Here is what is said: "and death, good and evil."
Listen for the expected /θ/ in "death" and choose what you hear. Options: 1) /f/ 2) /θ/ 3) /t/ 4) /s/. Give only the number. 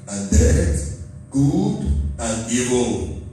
3